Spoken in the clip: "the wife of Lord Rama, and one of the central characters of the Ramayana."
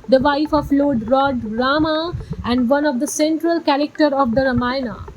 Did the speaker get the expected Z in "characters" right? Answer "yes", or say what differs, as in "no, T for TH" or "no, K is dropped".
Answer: no, Z is dropped